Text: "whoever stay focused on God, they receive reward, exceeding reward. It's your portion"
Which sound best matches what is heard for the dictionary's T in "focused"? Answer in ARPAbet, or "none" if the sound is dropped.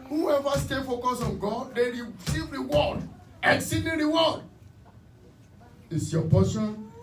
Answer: none